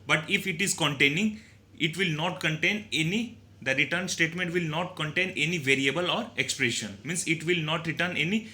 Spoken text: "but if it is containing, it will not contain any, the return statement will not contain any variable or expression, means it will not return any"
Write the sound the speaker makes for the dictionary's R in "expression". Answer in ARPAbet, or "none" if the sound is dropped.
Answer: R